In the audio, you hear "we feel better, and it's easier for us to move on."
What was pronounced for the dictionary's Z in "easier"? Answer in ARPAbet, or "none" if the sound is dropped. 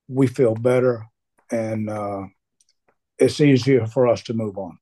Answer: Z